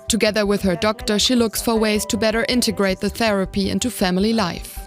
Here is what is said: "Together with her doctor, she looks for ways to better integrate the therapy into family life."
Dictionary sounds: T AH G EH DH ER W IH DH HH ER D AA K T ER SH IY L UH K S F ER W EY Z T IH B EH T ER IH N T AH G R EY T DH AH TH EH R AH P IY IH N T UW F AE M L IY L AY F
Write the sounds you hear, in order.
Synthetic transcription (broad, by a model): T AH G EH DH ER W IH DH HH ER D AA K T ER SH IY L UH K S F ER W EY Z T IH B EH T ER IH N T AH G R EY T DH AH TH EH R AH P IY IH N T UW F AE M L IY L AY F